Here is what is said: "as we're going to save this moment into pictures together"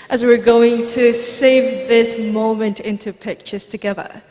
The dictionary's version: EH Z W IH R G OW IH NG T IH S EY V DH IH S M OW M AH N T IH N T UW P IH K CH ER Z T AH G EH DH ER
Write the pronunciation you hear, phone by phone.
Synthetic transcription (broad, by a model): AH Z W IH R G OW IH NG T IH S EY V DH IH S M OW M AH N T IH N T UW P IH K CH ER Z T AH G EH DH ER